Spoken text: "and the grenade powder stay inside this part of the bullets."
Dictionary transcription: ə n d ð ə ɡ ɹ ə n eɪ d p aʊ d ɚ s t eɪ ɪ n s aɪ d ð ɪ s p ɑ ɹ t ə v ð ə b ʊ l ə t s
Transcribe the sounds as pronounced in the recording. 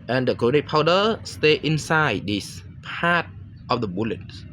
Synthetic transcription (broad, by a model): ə n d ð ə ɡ ə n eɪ p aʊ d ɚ s t eɪ ɪ n s aɪ d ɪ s p ɑ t t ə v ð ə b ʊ l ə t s